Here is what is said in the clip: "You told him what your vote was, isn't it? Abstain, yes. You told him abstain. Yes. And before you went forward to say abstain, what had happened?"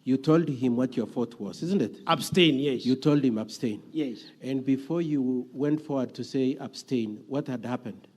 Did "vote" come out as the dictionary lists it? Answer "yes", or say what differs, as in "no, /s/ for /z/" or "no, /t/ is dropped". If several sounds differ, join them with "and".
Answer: no, /f/ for /v/